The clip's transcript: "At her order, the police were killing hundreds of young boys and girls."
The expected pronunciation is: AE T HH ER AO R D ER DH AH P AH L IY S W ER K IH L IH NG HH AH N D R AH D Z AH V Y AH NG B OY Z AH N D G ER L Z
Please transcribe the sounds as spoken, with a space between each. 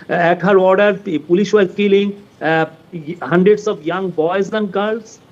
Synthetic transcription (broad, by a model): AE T HH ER AO R D ER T P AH L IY SH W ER K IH L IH NG HH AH N D R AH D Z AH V Y AH NG B OY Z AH N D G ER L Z